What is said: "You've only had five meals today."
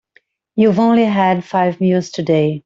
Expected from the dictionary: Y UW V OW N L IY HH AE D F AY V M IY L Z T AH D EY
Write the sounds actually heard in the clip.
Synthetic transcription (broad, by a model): Y UW V OW N L IY HH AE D F AY V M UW Z T AH D EY